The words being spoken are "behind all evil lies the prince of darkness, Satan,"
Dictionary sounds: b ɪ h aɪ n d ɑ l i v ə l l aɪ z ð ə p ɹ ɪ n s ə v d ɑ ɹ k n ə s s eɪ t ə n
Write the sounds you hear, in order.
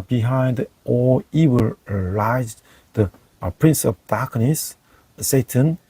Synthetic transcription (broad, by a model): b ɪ h aɪ n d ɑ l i w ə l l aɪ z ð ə p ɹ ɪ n s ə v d ɑ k n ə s s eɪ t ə n